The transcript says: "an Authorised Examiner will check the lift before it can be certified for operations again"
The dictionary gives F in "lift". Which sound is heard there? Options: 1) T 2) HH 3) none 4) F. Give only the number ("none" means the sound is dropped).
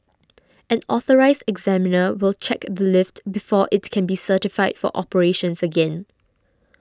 4